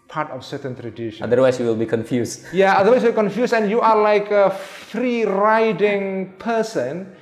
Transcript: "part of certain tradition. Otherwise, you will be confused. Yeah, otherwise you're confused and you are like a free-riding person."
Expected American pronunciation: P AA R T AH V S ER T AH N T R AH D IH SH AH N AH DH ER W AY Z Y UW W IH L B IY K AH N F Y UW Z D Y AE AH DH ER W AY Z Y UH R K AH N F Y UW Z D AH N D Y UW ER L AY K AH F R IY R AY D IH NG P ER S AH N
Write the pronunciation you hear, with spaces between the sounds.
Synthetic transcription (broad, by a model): P AA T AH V S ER T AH N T R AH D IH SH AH AH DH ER W AY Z Y UW W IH L B IY K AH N F Y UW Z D Y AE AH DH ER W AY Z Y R K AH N F Y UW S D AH N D Y UW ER L AY K AH F R IY R AY D IH NG P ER S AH N